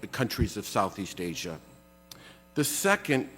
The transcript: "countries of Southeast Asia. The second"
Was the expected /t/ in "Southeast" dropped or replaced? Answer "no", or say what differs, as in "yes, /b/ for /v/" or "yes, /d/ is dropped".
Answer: no